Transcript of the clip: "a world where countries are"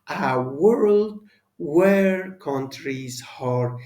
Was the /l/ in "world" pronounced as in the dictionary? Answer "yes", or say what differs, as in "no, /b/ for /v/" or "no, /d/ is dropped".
yes